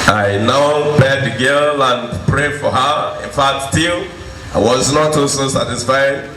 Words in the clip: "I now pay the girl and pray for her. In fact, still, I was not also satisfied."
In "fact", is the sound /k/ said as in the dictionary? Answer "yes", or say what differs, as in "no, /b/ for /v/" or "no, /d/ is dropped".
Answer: no, /k/ is dropped